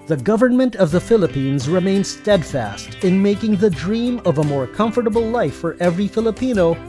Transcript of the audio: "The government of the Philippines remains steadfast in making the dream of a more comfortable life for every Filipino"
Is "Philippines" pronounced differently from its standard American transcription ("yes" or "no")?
no